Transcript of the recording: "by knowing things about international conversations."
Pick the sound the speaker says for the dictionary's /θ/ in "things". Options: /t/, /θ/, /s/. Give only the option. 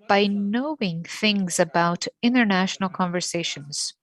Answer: /θ/